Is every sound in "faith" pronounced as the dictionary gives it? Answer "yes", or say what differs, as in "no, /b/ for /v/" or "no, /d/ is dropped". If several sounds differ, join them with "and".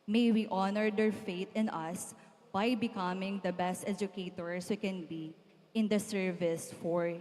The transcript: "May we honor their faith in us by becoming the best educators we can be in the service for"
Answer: no, /t/ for /θ/